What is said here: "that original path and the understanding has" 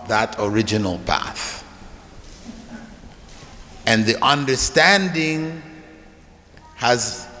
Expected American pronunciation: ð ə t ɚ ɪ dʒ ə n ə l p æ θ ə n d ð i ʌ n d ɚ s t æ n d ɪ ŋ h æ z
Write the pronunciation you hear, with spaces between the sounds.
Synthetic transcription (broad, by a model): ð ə t ɚ ɪ dʒ ə n ə l p æ θ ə n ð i ʌ n d ɚ s t æ n d ɪ ŋ h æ z